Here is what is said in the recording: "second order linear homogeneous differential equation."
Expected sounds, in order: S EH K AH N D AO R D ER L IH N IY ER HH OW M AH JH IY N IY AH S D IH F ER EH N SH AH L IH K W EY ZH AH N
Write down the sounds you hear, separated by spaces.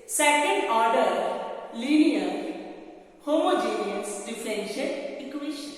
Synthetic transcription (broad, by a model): S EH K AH N D AO R D ER L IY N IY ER HH OW M AH JH IY N IY AH S D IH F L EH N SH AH N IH K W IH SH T